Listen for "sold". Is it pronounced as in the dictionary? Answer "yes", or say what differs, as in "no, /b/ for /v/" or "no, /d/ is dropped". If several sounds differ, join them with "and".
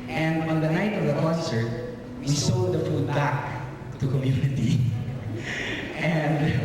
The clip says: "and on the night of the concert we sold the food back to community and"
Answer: no, /l/ is dropped